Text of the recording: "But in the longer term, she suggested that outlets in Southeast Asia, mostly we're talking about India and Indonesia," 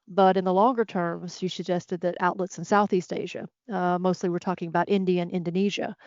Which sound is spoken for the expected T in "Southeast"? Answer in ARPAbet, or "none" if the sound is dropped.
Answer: T